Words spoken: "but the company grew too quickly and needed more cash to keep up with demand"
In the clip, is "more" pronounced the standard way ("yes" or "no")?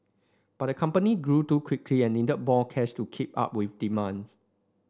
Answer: no